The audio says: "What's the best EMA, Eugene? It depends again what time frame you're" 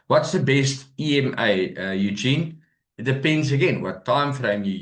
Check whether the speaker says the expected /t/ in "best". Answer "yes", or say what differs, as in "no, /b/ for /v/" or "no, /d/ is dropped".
yes